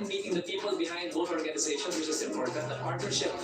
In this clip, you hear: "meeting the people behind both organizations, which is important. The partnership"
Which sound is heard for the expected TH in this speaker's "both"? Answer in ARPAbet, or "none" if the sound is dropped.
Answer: T